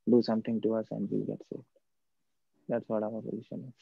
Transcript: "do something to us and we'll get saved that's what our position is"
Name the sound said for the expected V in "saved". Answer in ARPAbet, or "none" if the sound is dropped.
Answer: none